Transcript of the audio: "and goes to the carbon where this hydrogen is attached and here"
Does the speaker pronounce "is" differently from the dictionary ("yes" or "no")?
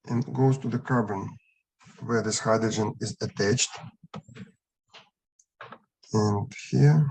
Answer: no